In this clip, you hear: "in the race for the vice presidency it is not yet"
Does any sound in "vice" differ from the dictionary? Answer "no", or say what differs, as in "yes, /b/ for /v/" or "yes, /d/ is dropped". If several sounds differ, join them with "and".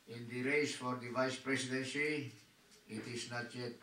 no